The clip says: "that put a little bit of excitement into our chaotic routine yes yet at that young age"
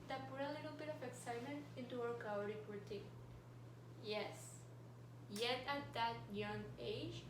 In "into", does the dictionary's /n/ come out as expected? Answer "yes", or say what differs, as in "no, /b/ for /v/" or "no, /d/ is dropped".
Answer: yes